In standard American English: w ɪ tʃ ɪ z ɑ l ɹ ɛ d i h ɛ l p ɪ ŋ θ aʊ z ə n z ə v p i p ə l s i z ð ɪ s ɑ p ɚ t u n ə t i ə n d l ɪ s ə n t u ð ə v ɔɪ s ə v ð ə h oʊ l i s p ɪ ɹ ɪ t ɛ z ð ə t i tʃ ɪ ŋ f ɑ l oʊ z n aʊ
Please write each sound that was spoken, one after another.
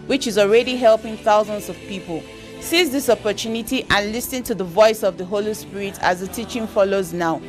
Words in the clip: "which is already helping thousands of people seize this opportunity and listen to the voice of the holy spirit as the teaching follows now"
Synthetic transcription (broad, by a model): w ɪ tʃ ɪ z ɑ l ɹ ɛ d i h ɛ l p ɪ ŋ θ aʊ z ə n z ə v p i p ə l s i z ð ɪ s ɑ p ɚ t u n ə t i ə n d l ɪ s ə n t u ð ə v ɔɪ s ə v ð ə h oʊ l i s p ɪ ɹ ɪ t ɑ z ð ə t i tʃ ɪ ŋ f ɑ l oʊ z n aʊ